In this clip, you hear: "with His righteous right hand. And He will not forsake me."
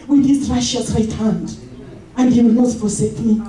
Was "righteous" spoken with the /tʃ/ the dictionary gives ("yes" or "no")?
no